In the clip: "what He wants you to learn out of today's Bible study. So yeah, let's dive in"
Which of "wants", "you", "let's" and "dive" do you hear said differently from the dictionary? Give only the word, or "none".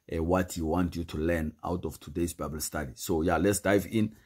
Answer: wants